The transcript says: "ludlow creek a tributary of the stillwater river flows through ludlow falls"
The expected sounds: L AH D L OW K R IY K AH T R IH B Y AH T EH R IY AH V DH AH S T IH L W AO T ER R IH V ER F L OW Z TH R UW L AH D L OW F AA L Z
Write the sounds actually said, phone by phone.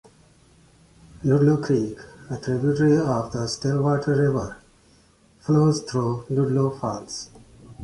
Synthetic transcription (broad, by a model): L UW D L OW K R IY K AH T R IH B Y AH T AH R IY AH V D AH S T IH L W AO T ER R IH V ER F L OW Z T R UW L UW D L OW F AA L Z